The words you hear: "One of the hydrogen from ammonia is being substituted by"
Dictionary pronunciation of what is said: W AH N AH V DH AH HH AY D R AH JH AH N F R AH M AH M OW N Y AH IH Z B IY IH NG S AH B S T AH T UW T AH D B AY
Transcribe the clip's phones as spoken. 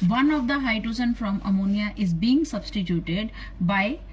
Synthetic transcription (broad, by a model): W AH N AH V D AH HH AY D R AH Z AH N F R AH M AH M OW N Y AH IH Z B IY IH NG S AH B S T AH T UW T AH D B AY